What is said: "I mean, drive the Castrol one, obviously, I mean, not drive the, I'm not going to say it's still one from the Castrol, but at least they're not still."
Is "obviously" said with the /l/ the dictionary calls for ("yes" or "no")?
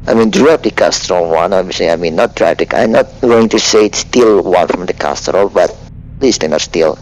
no